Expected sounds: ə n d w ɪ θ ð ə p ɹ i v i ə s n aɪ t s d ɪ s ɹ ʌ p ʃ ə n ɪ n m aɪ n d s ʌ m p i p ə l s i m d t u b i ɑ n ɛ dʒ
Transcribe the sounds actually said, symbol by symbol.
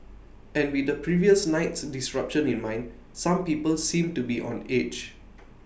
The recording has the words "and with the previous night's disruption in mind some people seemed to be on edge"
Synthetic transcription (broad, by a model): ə n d w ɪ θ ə p ɹ i v i ə s n aɪ t s d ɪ s ɹ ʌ p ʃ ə n ɪ n m aɪ n d s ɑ m p i p ə l s i m t u b i ɑ n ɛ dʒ